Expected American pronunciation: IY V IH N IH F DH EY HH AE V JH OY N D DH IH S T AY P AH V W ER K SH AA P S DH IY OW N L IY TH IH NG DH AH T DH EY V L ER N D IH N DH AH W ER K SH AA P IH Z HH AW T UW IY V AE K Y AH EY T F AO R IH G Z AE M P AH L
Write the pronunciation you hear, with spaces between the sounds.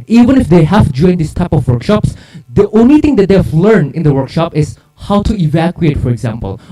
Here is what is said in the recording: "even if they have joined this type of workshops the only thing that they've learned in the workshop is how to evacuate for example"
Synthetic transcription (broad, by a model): IY V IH N IH F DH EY HH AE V JH OY N D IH S T AY P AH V W ER K SH AA P S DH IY OW N L IY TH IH NG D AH T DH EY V L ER N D IH N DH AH W ER K SH AA P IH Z HH AW T UW IY V AE K Y AH EY T F AO R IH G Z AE M P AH L